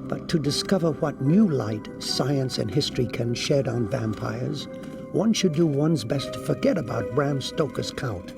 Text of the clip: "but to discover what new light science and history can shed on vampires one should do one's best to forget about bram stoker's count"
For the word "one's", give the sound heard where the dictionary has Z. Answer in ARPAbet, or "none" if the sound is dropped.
Z